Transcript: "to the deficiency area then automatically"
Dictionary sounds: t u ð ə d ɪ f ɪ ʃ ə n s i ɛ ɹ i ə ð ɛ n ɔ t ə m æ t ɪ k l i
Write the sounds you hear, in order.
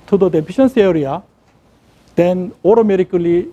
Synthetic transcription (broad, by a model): t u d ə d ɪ p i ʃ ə n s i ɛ ɹ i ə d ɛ n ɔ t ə m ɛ t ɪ k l i